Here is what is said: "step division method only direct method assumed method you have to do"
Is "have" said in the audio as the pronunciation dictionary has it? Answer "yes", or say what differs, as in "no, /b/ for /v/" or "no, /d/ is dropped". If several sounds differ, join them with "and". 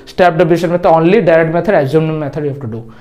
no, /f/ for /v/